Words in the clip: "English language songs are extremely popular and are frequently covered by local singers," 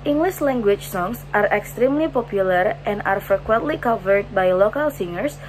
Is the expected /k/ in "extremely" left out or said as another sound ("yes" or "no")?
no